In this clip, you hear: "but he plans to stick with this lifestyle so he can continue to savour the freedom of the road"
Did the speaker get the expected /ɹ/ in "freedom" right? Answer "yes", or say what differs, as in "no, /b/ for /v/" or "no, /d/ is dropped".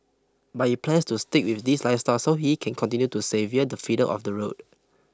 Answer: no, /ɹ/ is dropped